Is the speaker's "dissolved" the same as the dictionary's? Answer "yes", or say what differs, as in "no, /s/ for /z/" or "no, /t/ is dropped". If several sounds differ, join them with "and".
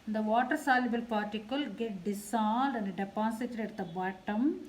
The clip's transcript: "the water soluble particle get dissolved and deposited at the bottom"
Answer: no, /s/ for /z/ and /v/ is dropped